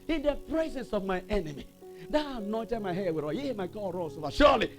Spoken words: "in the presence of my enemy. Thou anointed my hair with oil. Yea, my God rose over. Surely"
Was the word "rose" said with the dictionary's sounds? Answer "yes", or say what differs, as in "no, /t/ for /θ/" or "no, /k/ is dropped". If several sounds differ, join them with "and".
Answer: no, /s/ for /z/